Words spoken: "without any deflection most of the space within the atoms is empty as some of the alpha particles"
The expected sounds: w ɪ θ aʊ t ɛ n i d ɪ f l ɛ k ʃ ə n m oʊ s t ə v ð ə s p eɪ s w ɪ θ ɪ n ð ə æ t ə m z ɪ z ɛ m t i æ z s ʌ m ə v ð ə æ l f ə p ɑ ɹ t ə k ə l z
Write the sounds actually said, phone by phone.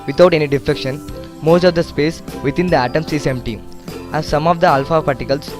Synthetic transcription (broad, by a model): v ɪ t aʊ t ɛ n i d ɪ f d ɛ k ʃ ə n m oʊ s t ə v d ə s p eɪ s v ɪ t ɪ n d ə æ t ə m s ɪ s ɛ m t i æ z s ʌ m ə v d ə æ l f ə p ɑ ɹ t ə k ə l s